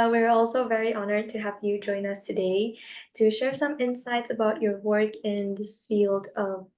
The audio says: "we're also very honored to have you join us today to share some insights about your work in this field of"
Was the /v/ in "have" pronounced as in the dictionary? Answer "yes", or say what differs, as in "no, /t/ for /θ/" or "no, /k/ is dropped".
no, /p/ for /v/